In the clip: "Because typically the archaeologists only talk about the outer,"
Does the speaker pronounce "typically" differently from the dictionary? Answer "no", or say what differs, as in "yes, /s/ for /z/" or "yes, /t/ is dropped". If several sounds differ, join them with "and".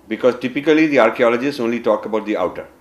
no